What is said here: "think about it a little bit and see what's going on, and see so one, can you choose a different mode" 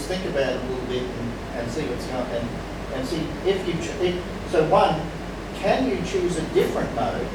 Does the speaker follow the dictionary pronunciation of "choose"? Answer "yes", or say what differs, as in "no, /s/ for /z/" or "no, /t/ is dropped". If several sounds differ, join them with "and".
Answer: yes